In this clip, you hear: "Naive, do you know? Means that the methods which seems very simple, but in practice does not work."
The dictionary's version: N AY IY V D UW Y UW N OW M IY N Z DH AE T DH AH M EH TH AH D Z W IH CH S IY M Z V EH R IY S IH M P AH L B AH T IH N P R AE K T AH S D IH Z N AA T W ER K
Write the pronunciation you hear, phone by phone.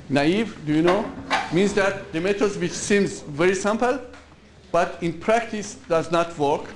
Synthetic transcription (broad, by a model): N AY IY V D UW Y UW N OW M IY N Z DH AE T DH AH M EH T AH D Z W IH CH S IY M Z V EH R IY S IH M P AH L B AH T IH N P R AE K T AH S D IH Z N AA T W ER K